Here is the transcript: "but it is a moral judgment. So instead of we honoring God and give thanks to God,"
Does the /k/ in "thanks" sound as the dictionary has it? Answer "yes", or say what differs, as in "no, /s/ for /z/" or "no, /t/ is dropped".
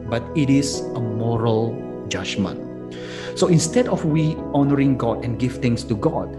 no, /k/ is dropped